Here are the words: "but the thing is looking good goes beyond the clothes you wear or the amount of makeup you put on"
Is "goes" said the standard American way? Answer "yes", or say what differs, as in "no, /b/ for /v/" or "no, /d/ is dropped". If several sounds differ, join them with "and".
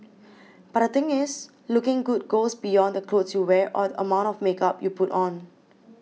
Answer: no, /s/ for /z/